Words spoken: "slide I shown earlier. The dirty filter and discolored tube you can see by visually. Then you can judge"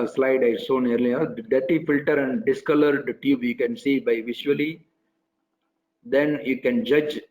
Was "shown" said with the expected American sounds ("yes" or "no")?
no